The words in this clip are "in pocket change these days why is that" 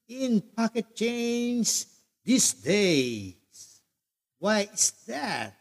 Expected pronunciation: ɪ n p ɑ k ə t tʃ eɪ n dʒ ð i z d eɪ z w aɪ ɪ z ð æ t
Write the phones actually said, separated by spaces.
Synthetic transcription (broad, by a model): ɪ n p ɑ k ə t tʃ eɪ n z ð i s d eɪ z w aɪ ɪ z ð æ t